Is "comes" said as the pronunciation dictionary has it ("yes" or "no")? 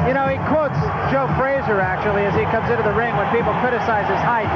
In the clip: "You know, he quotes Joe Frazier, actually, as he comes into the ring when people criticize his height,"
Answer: yes